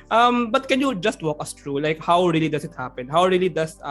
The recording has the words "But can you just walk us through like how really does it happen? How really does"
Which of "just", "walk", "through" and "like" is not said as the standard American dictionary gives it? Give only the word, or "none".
through